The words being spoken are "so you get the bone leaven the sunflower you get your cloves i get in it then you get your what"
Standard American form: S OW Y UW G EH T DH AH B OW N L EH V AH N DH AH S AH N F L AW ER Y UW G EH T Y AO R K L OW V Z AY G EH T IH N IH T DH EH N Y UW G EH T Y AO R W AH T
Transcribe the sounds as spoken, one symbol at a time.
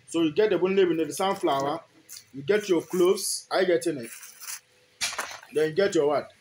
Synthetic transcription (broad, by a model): S OW Y UW G EH T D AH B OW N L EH B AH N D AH S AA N F L AW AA Y UW G EH T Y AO K L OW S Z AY G EH T IH N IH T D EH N Y UW G EH T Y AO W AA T